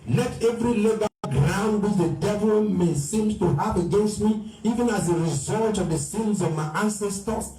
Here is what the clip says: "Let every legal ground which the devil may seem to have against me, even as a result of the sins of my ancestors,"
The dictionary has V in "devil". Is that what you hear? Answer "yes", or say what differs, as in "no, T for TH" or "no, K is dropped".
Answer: yes